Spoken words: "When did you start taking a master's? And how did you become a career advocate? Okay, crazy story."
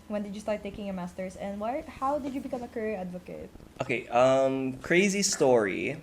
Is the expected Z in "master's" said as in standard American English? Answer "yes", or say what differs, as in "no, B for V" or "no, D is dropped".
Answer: no, S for Z